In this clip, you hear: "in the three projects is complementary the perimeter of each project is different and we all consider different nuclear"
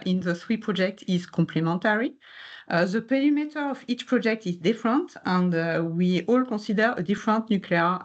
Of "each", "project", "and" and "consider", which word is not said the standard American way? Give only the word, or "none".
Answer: consider